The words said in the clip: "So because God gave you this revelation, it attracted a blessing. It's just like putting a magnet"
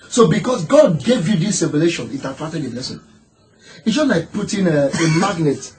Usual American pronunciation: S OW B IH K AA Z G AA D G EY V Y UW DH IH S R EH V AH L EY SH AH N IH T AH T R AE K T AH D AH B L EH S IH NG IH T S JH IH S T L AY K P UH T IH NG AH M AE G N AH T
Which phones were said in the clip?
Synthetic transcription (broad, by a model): S OW B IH K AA S G AA D G EY V Y UW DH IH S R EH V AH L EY SH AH N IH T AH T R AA T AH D AH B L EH S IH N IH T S JH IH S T L AY K P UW T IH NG AH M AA G N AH T